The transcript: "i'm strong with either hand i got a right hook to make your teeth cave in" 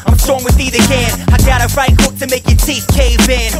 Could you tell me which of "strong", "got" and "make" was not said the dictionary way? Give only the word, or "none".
strong